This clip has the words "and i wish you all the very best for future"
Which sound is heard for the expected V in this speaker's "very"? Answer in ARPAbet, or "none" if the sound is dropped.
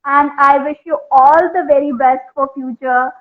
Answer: V